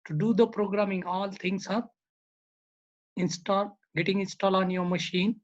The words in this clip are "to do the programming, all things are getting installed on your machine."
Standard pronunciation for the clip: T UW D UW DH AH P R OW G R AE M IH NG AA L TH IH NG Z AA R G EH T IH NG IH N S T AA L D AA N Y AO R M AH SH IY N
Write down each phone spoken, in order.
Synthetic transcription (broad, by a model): T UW D UW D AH P R OW G R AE M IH NG AA L T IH NG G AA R G EH T IH NG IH N S T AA L AA N Y AO R M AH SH IY N